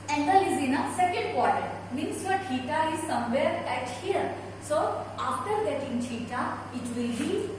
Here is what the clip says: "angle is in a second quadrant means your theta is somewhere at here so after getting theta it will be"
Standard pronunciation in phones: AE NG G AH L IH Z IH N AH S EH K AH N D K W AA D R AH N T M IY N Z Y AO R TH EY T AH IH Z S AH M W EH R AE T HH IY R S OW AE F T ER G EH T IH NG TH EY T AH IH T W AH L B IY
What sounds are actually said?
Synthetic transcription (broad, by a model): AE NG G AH L IH Z IH N AH S EH K AH N D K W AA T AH T M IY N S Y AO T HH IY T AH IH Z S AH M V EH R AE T HH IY R S OW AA F T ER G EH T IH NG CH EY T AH IH T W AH L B IY